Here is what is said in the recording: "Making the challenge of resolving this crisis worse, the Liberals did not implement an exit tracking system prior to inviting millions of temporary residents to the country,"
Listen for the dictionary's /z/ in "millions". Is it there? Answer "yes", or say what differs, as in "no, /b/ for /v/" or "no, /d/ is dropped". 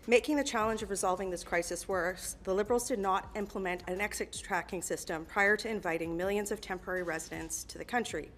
yes